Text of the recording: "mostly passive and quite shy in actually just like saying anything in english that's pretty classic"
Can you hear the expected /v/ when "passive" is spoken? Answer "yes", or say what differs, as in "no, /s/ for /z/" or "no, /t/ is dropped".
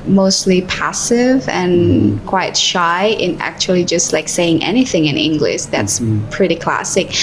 yes